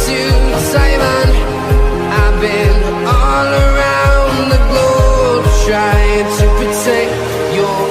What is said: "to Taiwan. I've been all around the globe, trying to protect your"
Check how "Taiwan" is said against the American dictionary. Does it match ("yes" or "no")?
no